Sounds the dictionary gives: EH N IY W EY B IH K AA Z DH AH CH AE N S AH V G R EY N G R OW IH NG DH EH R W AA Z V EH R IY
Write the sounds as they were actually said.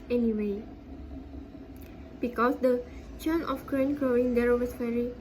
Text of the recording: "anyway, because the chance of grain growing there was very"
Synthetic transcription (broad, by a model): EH N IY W EY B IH K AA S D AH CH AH N AH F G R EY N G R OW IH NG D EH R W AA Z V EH R IY